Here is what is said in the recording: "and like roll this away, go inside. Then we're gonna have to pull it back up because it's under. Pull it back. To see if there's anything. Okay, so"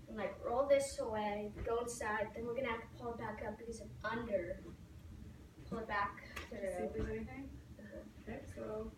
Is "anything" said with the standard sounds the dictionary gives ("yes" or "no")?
no